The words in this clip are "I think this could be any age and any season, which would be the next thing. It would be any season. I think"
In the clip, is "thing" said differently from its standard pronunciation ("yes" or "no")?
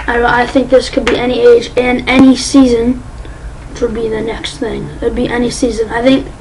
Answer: no